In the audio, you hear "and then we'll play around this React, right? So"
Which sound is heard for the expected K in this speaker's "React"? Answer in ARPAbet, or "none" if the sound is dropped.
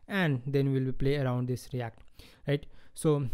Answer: K